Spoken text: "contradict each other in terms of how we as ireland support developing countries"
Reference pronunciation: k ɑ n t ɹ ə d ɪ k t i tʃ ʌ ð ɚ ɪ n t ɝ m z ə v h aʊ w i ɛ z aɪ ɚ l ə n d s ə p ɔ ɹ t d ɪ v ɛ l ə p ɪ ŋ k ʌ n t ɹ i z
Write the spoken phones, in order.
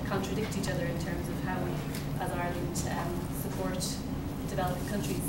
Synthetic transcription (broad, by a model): k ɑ n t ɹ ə d ɪ k t i tʃ ʌ ð ɚ ɪ n t ɝ m z ə v h aʊ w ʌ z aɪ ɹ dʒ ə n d s ə p ɔ ɹ t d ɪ v ɛ l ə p k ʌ n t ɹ i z